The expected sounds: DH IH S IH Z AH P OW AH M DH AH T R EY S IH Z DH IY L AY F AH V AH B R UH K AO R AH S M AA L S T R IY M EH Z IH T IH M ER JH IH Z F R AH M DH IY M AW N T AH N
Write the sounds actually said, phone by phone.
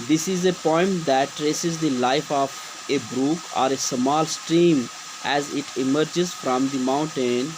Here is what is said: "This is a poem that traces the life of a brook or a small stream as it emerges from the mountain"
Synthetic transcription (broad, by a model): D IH S IH Z AH P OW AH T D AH T R EY S IH Z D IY L AY F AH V AH B R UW K AO R AH S M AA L S T R IY M EH Z IH T IH M ER JH IH Z F R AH M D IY M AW N T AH N